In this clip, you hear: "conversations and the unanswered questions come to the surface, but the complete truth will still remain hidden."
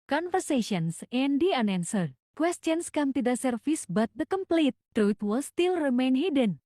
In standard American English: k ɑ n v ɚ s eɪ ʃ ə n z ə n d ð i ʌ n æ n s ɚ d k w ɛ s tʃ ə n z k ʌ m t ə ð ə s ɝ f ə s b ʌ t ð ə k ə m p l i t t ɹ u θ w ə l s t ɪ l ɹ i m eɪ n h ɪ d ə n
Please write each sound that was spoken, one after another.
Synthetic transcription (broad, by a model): k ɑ n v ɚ s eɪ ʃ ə n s ə n d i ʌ n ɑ n s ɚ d k w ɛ s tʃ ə n s k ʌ m t ə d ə s ɝ f ə s b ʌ t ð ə k ə m p l i t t ɹ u t w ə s t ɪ l ɹ i m eɪ n h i d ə n